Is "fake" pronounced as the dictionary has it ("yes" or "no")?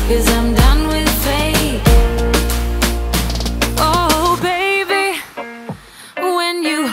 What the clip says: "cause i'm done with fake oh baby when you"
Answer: no